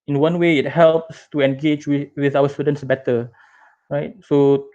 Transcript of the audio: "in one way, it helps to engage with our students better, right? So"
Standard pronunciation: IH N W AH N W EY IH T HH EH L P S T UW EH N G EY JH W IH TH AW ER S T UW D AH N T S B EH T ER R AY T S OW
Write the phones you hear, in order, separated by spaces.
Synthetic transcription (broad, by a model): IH N W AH N W EY IH T HH EH L P S T UW EH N G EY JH W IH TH AW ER S T UW D AH N T S B EH T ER R AY T S OW